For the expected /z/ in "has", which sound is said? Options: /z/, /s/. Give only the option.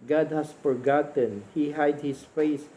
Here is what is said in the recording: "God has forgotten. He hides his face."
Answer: /s/